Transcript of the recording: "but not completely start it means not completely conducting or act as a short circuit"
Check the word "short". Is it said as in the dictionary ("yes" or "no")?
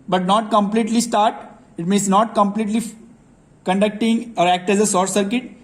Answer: no